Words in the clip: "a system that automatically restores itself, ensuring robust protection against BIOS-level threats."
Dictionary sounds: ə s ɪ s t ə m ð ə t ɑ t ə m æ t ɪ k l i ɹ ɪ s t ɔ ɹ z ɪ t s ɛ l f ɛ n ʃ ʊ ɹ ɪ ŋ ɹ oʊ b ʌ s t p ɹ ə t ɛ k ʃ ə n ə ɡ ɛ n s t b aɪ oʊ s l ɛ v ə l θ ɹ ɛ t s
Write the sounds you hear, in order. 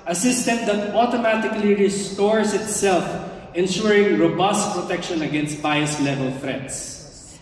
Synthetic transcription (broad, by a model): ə s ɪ s t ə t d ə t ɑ t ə m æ t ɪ k l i ɹ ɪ s t ɔ ɹ s ɪ t s ɛ l f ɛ n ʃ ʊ ɹ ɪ ŋ ɹ oʊ b ʌ s t p ɹ ə t ɛ k ʃ ə n ə ɡ ɛ n s t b aɪ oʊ s l ɛ v ə l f ɹ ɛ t s